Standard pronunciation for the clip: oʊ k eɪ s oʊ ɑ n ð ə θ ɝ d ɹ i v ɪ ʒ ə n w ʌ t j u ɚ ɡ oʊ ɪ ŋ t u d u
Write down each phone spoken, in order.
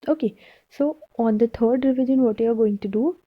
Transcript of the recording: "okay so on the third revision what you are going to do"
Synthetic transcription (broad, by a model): oʊ k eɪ s oʊ ɑ n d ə t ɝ d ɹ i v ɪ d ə n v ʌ t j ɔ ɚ ɡ oʊ ɪ ŋ t u d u